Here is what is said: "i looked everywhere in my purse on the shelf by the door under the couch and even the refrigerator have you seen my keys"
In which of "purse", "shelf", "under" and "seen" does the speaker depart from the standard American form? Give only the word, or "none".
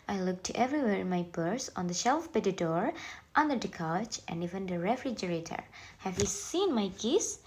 purse